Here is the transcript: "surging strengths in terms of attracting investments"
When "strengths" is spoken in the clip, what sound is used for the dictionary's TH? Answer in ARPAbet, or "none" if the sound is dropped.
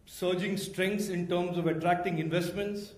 T